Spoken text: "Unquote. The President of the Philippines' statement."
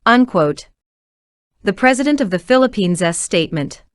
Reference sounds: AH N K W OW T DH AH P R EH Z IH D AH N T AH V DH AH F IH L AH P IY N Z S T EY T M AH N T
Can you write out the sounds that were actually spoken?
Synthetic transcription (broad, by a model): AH N K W OW T DH AH P R EH Z IH D AH N T AH V DH AH F IH L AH P IY N Z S T EY T M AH N T